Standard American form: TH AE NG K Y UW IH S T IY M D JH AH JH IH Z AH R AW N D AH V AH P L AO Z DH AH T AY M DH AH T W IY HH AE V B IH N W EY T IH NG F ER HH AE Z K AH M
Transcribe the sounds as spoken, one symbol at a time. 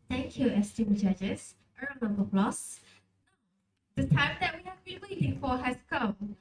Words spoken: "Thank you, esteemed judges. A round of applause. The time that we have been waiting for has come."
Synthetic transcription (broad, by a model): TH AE NG K Y UW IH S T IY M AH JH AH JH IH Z AH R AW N AH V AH B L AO S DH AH T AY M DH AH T W IY HH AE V B IH N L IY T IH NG F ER HH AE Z K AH M